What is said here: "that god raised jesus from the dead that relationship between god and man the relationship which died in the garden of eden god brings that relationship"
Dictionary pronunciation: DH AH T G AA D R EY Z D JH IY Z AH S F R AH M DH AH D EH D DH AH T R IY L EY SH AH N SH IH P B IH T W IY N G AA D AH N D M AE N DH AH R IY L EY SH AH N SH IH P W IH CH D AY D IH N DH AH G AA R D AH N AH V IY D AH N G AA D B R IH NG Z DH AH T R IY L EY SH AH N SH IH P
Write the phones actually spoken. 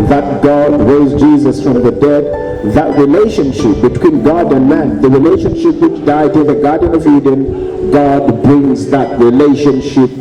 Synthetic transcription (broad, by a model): DH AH T G AA D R EY Z JH IY Z AH S F R AH M DH AH D EH D DH AH T R IY L EY SH AH N SH IH P B IH T W IY N G AA D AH N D M AE N DH AH R IY L EY SH AH N SH IH P W IH CH D AY D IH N DH AH G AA R D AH N AH V IY D AH N G AA D B R IH NG Z DH AH T R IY L EY SH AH N SH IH P